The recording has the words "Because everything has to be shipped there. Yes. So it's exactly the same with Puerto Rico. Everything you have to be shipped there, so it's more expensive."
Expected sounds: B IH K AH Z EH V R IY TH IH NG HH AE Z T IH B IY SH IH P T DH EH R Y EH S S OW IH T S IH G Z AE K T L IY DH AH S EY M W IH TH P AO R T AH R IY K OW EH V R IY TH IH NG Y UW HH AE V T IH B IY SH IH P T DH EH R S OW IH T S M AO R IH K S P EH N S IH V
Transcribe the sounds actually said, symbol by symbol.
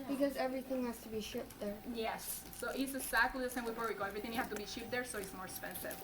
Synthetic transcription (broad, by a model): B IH K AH Z EH V R IY TH IH NG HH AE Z T IH B IY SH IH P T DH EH R Y EH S S OW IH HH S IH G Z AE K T L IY DH AH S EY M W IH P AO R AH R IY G OW EH V R IY TH IH NG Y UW HH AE F T IH B IY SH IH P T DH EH R S OW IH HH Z M AO R S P EH N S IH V